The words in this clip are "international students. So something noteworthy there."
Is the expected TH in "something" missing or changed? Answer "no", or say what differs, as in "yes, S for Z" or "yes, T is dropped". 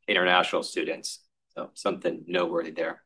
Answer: no